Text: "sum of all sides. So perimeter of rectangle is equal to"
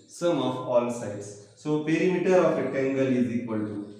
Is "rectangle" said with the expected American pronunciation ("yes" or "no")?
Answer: no